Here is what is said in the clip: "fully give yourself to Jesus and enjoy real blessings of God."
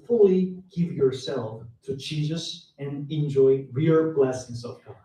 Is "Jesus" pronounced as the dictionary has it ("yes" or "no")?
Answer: no